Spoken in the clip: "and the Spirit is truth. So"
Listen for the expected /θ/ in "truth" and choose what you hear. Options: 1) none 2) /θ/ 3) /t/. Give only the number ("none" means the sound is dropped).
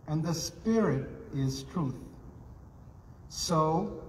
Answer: 2